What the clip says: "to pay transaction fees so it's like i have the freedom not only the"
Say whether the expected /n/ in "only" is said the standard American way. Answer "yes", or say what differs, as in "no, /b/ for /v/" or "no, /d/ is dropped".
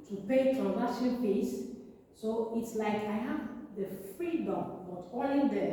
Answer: no, /n/ is dropped